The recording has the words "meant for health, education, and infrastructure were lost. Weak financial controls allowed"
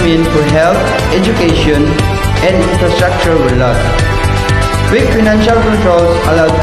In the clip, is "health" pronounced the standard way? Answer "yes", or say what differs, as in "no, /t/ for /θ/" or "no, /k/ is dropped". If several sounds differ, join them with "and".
no, /t/ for /θ/